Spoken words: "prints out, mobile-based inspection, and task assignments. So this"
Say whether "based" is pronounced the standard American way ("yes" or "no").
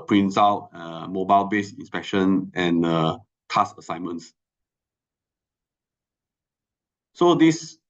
no